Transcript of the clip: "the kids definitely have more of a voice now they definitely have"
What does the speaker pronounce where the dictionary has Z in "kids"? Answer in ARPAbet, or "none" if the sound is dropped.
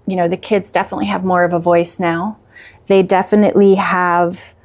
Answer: Z